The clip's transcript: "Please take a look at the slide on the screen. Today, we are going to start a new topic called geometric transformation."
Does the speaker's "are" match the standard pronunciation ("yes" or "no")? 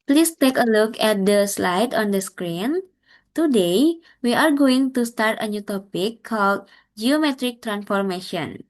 yes